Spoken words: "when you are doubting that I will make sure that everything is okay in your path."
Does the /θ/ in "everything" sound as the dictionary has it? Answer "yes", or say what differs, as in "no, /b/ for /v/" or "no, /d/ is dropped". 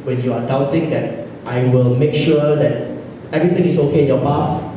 no, /t/ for /θ/